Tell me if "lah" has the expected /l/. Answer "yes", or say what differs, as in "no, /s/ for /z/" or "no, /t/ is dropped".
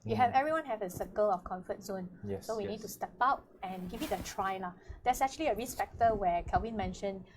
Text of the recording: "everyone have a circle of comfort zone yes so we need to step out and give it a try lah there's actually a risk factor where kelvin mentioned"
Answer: yes